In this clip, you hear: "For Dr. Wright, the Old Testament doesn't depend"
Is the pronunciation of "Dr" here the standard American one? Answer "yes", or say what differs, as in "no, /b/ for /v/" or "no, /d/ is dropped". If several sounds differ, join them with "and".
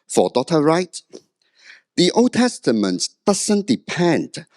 no, /k/ is dropped